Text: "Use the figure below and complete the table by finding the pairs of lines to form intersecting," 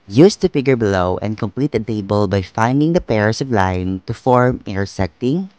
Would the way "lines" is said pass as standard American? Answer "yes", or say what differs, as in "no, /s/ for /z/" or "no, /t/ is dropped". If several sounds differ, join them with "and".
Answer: no, /z/ is dropped